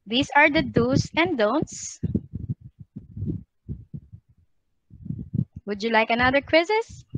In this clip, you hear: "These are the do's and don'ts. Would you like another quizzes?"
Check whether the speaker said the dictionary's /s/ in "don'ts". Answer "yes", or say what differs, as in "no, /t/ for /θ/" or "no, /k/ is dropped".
yes